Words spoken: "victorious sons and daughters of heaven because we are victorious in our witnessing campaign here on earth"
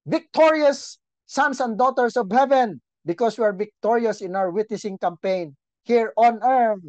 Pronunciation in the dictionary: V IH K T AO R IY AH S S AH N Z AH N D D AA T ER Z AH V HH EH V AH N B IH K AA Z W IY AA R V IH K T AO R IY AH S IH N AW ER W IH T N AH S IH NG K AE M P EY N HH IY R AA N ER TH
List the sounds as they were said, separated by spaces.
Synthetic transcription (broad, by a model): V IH K T AO R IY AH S S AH N S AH N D D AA T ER S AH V HH EH V AH N B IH K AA S W IY AA R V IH K T AO R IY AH S IH N AW ER W IH T N AH S IH NG K AE M P EY N HH IY R AA N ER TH